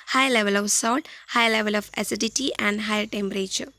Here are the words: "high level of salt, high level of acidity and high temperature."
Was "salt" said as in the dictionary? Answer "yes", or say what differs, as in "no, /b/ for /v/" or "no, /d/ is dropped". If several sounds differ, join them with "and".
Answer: no, /l/ is dropped